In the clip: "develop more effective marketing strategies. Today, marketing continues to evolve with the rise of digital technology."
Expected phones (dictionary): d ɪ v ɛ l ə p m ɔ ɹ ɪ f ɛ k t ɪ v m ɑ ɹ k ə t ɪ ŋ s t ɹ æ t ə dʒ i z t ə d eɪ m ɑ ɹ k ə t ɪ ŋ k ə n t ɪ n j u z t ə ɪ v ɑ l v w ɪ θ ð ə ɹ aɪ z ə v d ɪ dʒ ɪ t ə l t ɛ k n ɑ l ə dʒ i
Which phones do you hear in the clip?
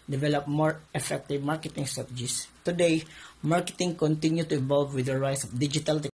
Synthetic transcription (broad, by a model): d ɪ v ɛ l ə p m ɔ ɹ ɪ f ɛ k t ɪ v m ɑ ɹ k ə t ɪ ŋ s t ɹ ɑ t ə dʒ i s t ə d eɪ m ɑ ɹ k ə t ɪ ŋ k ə n t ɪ n j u t ə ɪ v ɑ l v w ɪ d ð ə ɹ aɪ s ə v d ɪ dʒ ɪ t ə l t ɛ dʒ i